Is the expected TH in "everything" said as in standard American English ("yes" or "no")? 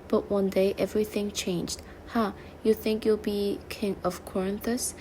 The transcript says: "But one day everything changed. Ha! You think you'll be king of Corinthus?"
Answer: yes